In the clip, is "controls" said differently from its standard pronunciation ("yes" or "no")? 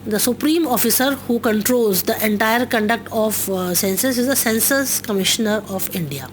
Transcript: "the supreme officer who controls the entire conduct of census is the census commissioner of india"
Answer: no